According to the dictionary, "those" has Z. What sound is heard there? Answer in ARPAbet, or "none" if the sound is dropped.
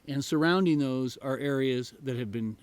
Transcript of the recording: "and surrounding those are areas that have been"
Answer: Z